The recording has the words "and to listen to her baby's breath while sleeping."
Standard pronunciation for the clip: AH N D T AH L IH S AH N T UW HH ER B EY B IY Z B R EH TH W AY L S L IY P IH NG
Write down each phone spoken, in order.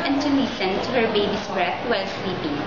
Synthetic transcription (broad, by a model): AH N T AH N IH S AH N T UW HH ER B EY B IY S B R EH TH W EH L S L IY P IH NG